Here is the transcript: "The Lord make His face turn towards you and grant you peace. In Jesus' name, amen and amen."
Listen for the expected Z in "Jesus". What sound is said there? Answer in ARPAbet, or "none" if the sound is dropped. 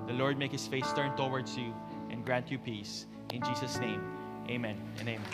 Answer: S